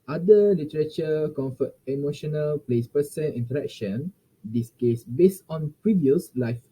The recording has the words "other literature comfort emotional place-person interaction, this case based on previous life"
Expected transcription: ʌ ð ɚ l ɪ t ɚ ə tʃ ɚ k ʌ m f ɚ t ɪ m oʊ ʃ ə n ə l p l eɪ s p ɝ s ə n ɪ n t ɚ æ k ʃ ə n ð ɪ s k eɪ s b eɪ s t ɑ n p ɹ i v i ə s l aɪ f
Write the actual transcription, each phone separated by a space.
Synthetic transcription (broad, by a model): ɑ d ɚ l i t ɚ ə tʃ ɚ k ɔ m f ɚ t ɪ m oʊ ʃ ə n ə l p l eɪ s p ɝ s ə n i n t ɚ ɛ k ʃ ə n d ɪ s k eɪ s b eɪ s t ɑ n p ɹ i v i ə s l aɪ f